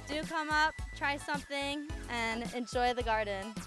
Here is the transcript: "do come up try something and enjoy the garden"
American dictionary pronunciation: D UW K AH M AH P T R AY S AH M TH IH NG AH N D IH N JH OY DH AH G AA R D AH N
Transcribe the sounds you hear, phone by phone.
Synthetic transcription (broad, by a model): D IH K AH M AH P T R AY S AH M TH IH NG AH N IH N JH OY DH AH G AA R D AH N